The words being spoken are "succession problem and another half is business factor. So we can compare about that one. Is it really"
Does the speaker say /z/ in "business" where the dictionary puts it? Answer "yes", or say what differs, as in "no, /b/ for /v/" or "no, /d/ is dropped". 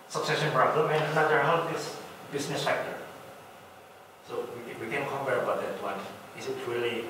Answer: no, /s/ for /z/